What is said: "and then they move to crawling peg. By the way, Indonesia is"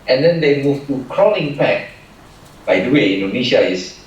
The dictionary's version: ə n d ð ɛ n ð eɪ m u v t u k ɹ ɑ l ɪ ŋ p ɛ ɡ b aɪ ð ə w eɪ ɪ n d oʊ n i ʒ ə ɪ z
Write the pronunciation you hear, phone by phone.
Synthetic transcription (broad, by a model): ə n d ɛ n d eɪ m u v t u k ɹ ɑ n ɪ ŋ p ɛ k b aɪ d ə w eɪ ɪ n d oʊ n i ʃ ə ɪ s